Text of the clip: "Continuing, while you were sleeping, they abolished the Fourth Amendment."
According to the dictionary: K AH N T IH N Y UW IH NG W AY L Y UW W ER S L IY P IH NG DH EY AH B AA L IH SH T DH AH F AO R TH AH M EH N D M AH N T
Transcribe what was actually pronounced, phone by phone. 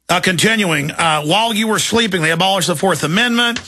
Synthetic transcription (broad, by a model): K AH N T IH N Y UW IH NG W AY L Y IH W ER S L IY P IH NG DH EY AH B AA L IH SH DH AH F AO R TH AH M EH N M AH N T